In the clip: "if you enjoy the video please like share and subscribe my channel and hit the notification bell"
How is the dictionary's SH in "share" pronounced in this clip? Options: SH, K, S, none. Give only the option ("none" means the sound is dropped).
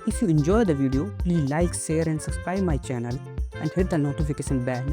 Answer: S